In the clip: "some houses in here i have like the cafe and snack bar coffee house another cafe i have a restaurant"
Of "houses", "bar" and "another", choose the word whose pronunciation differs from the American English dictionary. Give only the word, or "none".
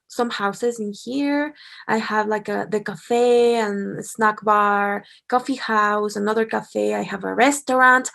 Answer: none